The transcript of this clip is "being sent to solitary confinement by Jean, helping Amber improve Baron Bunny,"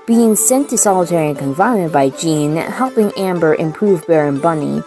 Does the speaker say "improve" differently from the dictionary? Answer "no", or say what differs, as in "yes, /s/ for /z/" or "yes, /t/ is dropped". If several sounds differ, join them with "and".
no